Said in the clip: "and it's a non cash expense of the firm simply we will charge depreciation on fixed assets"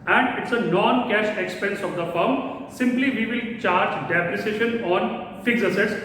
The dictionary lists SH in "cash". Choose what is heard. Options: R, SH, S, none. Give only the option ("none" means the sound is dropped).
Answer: SH